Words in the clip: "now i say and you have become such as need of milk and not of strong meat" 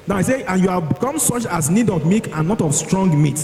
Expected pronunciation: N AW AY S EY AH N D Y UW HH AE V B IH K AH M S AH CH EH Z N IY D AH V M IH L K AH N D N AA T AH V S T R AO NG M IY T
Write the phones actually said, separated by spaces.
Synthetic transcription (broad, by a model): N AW AY S EY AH N Y UW HH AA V B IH K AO M S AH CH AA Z N IY D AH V M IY K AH N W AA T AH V S T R AO NG M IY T